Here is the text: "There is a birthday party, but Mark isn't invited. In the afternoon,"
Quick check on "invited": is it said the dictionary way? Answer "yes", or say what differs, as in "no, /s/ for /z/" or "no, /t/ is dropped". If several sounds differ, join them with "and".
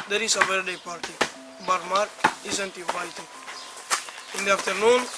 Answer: no, /n/ is dropped and /d/ is dropped